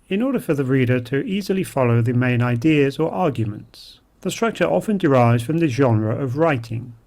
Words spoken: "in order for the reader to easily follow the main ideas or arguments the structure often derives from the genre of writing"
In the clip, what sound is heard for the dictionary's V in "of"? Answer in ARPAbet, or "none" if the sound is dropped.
V